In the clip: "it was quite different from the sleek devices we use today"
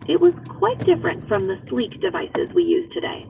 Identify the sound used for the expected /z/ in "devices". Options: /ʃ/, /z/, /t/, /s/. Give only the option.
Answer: /z/